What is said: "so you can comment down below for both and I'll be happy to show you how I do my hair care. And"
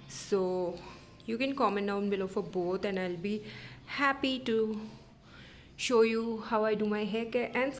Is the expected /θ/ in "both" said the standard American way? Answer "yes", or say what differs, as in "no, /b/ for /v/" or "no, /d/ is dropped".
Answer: no, /t/ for /θ/